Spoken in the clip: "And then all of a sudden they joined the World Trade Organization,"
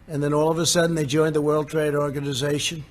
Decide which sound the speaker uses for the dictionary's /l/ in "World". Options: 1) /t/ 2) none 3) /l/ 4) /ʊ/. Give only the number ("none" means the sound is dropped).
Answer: 3